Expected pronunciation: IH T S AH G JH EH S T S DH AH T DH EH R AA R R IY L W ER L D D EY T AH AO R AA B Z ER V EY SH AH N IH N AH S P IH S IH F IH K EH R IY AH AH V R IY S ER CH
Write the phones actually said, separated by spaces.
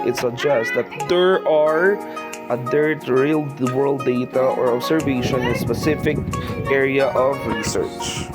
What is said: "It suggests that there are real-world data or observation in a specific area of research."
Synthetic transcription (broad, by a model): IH T S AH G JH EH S T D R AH T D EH R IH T R IY L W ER L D D EY T AH AO R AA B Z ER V EY AH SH IH N AH S P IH S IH F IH K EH R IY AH AH V R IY S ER CH